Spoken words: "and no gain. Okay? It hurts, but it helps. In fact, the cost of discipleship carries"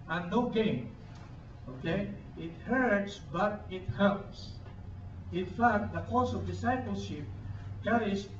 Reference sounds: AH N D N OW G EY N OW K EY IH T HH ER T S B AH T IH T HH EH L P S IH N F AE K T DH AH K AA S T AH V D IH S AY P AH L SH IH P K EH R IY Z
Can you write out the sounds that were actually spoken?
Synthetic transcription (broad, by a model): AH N N OW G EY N OW K EY IH T HH ER T S B AH T IH T HH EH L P S IH N F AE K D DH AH K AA S AH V D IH S AY P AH L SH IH P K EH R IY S